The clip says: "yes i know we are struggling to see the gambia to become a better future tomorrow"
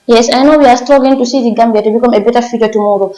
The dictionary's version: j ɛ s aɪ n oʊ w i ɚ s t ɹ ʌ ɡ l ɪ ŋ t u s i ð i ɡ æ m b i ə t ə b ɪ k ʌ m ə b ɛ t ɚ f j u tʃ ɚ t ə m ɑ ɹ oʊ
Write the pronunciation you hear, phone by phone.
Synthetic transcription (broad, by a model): j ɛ s aɪ n oʊ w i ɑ s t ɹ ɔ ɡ ɪ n t u s i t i ɡ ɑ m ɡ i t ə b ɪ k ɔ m ə b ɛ t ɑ f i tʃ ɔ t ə m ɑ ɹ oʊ